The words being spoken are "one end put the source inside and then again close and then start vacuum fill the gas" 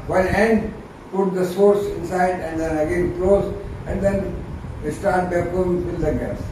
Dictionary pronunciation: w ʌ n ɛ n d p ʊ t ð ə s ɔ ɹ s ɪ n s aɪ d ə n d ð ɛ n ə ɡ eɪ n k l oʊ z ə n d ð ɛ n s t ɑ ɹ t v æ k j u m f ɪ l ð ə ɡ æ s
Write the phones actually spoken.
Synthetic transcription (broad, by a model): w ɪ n ɛ n d p ʊ t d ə s ɔ ɹ s ɪ n s aɪ d ə n d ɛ n ə ɡ eɪ n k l oʊ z ə n d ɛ n s t ɑ ɹ t b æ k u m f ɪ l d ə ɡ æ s